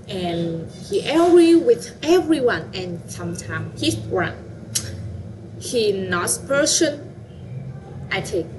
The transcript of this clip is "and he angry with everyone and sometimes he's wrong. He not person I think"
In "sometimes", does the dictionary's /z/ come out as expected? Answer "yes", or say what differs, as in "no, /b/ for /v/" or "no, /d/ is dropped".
no, /z/ is dropped